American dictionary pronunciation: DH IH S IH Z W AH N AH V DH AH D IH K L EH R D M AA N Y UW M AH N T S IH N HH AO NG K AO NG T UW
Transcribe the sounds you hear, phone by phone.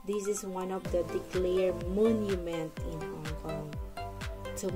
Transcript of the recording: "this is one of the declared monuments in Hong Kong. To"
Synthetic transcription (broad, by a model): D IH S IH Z W AH N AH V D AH D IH K L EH R M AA N Y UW M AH N T IH N HH AO NG K AO NG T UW